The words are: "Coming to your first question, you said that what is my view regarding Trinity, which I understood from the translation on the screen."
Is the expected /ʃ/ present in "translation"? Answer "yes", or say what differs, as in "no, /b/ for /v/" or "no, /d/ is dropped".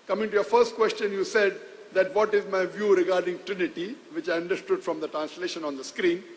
yes